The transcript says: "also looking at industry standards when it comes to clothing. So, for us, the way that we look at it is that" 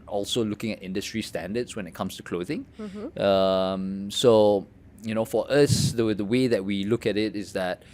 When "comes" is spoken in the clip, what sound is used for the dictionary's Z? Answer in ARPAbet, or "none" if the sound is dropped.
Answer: S